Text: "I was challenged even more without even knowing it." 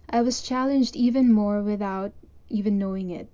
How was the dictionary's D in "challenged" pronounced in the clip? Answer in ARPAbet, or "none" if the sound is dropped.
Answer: D